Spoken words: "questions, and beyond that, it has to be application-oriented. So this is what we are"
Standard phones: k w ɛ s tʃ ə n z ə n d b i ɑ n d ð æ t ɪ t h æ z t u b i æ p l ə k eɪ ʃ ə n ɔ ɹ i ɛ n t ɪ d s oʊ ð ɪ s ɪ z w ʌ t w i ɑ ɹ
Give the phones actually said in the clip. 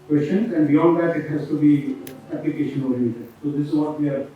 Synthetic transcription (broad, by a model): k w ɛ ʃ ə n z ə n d b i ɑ n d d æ t ɪ t h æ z t u b i æ p l ə k eɪ ʃ ə n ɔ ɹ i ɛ t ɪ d s oʊ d ɪ s ɪ z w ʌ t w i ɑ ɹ